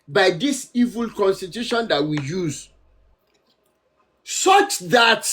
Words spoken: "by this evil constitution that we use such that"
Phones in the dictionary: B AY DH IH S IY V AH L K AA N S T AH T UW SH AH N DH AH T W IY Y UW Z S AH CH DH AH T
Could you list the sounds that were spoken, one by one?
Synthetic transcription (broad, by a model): B AY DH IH S IY V AH L K AA N S T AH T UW SH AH N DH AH T W IY Y UW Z S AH CH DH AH T